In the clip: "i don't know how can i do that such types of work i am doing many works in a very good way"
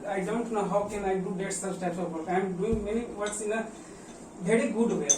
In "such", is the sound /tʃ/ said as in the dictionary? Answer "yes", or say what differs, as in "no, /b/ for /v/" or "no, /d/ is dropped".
no, /s/ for /tʃ/